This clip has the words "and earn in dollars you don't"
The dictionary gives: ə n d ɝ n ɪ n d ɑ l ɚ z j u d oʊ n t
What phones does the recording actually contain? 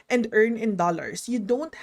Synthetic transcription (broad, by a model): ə n d ɝ n ɪ n d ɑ l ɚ s j u d oʊ n t